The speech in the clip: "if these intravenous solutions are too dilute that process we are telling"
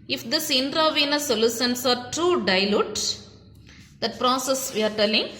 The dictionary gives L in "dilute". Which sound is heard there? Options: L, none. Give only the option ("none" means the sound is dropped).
L